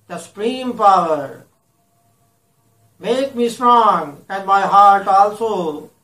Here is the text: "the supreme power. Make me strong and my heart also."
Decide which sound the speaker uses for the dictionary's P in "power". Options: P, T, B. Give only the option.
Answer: P